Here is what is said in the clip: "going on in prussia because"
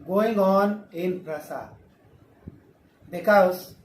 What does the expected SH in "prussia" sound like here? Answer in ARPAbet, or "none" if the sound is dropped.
S